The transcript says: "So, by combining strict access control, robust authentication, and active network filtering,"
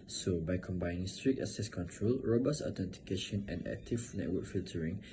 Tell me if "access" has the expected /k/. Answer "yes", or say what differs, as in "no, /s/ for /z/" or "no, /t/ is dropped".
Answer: no, /k/ is dropped